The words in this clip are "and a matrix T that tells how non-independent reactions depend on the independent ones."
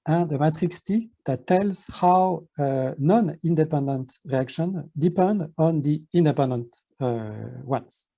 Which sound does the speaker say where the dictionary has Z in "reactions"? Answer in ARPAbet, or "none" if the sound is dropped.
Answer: none